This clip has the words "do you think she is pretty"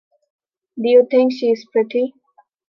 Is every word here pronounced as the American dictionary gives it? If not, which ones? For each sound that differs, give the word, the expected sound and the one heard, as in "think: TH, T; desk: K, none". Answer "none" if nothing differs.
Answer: think: TH, T